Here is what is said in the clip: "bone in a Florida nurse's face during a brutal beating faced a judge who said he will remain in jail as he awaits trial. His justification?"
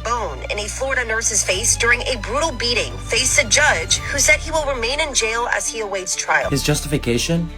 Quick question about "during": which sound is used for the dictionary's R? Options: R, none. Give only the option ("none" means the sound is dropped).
R